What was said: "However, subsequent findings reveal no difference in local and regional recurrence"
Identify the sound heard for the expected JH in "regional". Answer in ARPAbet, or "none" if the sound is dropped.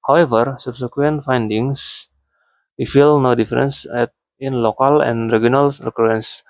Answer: none